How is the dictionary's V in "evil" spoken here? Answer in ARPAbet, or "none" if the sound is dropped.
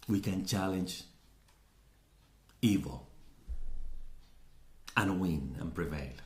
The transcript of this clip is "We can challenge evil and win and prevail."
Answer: V